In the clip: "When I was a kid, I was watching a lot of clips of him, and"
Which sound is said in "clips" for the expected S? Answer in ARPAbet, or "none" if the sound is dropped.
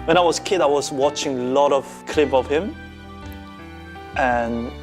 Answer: none